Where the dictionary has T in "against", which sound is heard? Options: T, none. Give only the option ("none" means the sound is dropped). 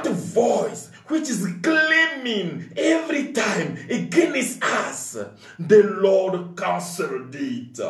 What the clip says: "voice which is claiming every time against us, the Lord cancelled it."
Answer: none